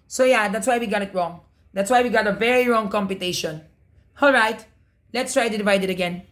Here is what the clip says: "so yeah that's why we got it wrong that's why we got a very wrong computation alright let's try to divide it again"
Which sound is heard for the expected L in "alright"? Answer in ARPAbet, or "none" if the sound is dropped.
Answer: L